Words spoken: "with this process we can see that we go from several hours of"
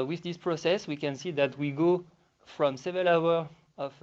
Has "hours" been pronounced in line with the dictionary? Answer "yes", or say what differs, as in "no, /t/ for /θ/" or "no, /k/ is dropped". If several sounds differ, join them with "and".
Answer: no, /z/ is dropped